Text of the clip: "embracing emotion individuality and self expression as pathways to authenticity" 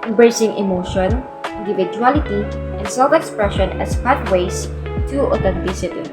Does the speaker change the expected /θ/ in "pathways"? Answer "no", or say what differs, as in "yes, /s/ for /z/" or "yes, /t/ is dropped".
yes, /t/ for /θ/